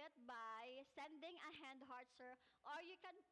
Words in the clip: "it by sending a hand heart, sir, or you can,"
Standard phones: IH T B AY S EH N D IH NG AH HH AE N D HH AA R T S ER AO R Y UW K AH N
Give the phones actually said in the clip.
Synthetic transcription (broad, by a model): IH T B AY S EH N D IH NG AH HH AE N D HH AA R T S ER AO R Y UW K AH N